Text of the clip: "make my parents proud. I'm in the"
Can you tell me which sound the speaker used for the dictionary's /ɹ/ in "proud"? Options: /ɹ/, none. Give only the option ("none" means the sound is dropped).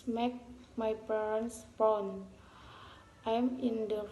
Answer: none